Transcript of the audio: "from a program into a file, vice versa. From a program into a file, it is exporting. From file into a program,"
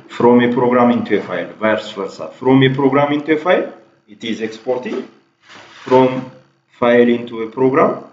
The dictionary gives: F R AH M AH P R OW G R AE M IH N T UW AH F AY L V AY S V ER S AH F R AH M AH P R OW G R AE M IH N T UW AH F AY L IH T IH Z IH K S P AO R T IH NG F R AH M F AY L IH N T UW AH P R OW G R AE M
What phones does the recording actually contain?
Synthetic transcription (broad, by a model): F R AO M AH P R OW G R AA M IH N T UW AH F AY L V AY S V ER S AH F R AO M AH P R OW G R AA M IH N T UW AH F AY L IH T IH Z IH K S P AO R T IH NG F R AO M F AY L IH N T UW AH P R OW G R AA M